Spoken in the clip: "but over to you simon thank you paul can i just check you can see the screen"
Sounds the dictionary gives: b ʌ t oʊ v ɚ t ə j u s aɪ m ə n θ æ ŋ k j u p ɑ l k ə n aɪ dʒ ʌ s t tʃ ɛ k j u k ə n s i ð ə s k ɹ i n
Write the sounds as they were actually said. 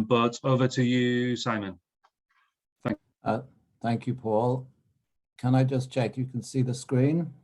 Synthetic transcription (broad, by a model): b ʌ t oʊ v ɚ t ə j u s aɪ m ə n θ æ ŋ k j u p ɑ l k ə n aɪ dʒ ʌ s tʃ ɛ k j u k ə n s i ð ə s k ɹ i n